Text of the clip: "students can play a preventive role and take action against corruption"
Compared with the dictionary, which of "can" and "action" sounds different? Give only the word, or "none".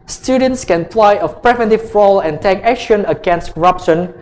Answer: none